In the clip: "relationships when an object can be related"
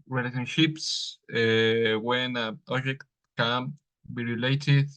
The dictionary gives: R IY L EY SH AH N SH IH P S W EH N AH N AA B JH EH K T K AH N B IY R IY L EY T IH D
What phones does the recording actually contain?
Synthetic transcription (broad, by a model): R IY L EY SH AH N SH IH P S W EH N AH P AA JH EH K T K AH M B IY R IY L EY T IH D